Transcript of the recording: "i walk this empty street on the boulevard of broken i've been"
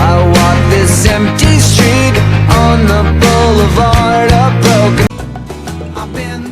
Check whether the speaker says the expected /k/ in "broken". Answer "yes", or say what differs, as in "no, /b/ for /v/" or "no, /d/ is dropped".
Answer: no, /k/ is dropped